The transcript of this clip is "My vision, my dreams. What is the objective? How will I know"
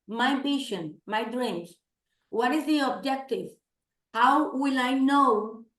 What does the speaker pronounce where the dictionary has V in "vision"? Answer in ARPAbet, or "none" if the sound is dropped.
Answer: B